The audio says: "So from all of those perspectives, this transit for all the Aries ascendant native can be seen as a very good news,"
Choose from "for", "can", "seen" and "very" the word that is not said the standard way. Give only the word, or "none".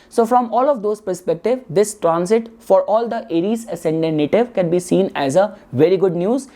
none